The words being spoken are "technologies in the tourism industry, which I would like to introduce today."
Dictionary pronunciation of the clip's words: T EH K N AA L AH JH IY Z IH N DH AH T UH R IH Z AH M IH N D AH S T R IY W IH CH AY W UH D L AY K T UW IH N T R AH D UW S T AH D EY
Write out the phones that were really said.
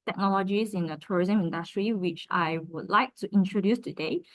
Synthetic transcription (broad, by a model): T EH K N AA L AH JH IY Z IH N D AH T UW R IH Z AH M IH N D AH S T R IY W IH CH AY W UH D L AY K T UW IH N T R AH D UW S T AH D EY